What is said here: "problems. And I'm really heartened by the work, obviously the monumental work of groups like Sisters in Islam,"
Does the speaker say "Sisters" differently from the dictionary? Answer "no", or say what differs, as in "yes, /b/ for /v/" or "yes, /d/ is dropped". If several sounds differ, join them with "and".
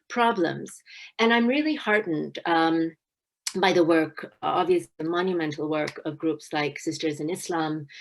no